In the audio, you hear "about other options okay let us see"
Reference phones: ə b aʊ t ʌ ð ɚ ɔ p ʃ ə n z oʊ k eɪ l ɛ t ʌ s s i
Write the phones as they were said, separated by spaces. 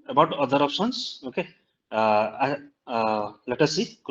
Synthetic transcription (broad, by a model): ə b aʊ t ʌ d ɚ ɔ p s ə n s oʊ k eɪ l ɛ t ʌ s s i